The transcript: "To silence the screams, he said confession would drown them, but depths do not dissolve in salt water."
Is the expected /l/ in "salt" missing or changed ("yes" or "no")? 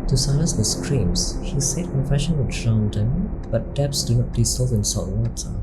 yes